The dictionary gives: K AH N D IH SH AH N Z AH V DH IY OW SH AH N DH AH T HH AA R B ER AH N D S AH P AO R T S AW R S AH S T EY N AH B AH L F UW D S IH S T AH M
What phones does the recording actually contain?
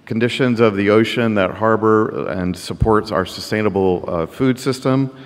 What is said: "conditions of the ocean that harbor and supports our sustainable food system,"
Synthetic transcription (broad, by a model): K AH N D IH SH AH N Z AH V DH IY OW SH AH N DH AH T HH AA R B ER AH N S AH P AO R T S AW R S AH S T EY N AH B L F UW D S IH S T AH M